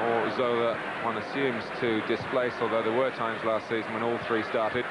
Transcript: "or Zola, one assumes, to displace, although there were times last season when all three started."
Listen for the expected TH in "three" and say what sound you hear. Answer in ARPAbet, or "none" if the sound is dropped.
TH